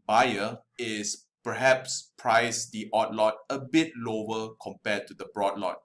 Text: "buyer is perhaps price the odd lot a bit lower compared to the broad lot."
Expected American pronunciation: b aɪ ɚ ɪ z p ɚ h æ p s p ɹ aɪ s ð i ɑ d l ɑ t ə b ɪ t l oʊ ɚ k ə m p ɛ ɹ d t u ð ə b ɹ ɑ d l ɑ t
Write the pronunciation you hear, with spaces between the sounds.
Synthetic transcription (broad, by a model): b aɪ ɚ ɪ s p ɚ h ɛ p s p ɹ aɪ s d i ɑ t l ɑ t ə b ɪ t l oʊ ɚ k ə m p ɛ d t u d ə b ɹ ɑ d l ɑ t